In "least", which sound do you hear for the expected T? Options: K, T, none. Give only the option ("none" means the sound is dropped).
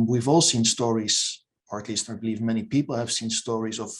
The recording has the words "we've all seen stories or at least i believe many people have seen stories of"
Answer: T